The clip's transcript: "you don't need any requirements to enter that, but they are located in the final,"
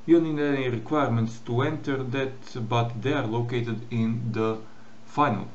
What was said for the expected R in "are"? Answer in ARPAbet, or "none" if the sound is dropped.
R